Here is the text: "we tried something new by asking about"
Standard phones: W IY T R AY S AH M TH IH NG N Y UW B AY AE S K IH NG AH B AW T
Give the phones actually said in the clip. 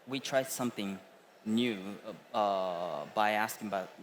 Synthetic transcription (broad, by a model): W IY T R AY S AH M TH IH NG N Y UW B AY AE S K IH NG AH B AW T